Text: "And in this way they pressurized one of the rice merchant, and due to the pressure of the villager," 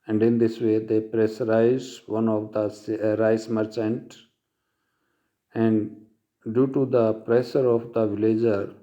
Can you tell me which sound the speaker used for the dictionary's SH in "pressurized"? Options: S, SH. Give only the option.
S